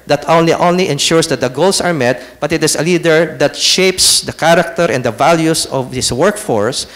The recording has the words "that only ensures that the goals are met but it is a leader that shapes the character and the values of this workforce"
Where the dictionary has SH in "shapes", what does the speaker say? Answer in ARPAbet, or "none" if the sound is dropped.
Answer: SH